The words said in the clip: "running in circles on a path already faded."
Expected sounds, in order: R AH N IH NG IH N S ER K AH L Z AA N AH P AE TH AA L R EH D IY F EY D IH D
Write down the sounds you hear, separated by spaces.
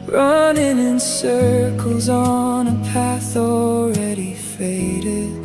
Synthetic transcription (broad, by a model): R AH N IH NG IH N S ER K L Z N AH P AE TH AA L R EH D IY F EY D IH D